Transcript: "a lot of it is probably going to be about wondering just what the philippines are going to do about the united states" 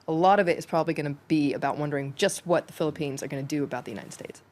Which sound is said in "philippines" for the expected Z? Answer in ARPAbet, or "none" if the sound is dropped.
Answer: Z